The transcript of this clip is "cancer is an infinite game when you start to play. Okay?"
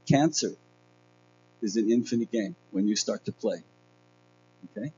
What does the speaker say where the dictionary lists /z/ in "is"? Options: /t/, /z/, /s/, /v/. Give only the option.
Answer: /z/